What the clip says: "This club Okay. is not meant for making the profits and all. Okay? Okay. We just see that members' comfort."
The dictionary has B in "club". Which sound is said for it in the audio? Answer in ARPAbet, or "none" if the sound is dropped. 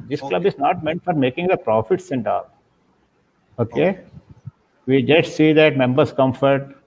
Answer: B